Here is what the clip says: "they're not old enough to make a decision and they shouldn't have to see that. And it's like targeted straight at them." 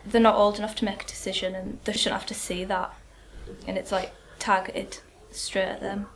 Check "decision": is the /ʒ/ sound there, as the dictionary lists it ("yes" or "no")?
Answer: yes